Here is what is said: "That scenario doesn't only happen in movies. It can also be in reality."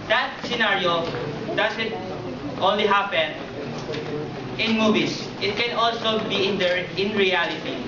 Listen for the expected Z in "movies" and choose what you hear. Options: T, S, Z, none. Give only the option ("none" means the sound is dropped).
S